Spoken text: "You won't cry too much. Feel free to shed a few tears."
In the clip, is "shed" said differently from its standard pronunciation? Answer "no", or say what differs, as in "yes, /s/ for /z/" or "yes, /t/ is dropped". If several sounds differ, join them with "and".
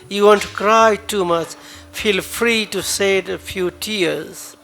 yes, /s/ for /ʃ/